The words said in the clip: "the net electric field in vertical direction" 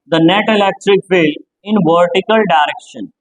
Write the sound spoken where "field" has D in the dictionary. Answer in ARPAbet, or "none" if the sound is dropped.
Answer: none